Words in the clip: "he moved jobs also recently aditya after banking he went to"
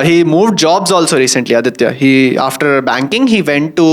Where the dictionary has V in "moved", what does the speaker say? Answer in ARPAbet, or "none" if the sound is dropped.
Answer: V